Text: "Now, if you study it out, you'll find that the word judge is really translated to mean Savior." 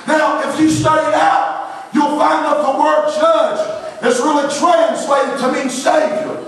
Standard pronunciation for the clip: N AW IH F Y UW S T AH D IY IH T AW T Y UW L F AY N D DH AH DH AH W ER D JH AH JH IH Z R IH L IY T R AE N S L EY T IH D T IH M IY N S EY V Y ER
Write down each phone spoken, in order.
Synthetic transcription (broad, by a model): N AW IH F Y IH S T AH D IY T AW T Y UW L F AY N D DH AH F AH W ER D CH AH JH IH S R IH L IY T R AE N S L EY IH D T IH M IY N S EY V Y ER